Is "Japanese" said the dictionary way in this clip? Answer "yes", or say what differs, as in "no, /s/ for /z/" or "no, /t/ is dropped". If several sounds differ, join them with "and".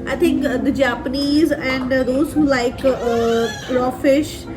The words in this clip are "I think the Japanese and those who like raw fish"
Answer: yes